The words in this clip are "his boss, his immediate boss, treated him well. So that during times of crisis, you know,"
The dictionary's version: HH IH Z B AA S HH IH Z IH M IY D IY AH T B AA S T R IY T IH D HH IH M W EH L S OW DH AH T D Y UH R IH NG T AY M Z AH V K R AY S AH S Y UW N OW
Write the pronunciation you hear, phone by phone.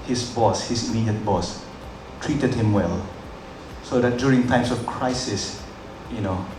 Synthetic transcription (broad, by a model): HH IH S B AA S HH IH S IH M IY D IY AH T B AA S T R IY T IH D HH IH M W EH L S OW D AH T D Y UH R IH NG T AY M S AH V K R AY S AH S Y UW N OW